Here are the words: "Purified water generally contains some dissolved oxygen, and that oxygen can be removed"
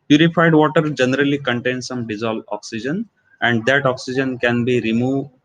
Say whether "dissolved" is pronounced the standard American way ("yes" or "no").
no